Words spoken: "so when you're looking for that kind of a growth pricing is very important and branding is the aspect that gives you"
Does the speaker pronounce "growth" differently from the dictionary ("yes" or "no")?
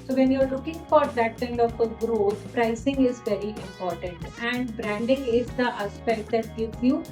yes